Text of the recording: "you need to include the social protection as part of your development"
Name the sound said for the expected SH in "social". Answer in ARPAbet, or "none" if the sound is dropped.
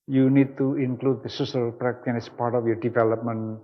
S